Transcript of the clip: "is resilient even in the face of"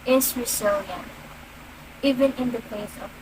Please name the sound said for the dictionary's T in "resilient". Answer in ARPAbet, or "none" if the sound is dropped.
none